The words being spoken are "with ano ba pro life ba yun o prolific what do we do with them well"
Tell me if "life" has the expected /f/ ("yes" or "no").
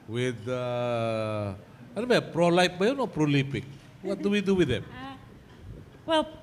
no